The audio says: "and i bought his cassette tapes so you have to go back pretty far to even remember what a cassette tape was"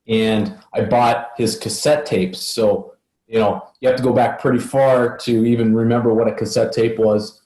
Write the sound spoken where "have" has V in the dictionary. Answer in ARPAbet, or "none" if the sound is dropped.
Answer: F